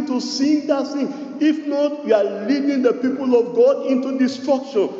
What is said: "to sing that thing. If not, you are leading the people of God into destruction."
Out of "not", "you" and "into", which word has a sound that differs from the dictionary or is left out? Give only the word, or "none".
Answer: none